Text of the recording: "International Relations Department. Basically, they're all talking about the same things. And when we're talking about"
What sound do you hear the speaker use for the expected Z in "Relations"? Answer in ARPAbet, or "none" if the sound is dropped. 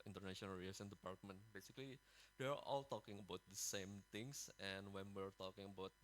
none